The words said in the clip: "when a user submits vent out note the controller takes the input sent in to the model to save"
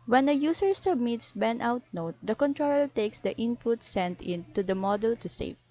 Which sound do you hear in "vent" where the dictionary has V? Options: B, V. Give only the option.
B